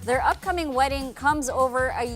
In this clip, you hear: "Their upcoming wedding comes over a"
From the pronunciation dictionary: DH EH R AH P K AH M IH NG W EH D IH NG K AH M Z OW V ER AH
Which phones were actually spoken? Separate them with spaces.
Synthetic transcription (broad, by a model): DH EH R AH P K AH M IH NG W EH D IH NG K AH M Z OW V ER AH